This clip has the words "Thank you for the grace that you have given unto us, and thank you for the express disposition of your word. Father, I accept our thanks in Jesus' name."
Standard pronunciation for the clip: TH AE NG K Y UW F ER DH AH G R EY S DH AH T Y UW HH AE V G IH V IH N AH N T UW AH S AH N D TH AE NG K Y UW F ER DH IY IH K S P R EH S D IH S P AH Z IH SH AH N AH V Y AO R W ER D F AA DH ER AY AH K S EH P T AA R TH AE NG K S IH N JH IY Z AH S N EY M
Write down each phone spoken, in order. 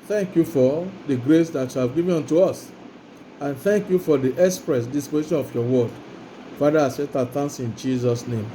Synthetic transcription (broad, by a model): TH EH NG K Y UW F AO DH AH G R EY S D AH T Y UW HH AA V G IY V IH AO N T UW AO S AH N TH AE NG K Y UW F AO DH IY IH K S P R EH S D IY S P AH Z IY SH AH N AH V Y AO W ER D F AA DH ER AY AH S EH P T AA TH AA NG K S IH N JH IY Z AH S N EY M